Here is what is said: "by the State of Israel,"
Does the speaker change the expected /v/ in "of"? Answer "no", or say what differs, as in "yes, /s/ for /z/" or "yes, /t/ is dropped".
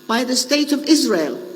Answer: no